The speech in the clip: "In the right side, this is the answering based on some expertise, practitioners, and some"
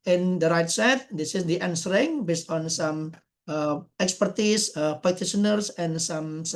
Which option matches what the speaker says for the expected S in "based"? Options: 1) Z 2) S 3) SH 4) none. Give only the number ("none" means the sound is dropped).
2